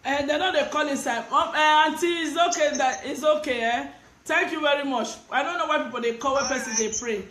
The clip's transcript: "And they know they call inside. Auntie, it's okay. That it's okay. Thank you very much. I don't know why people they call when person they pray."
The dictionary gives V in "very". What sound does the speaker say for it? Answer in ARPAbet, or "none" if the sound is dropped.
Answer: V